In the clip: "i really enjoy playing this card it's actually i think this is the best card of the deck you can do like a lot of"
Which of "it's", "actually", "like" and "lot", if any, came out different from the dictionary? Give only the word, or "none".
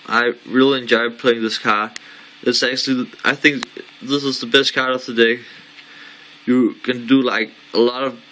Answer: none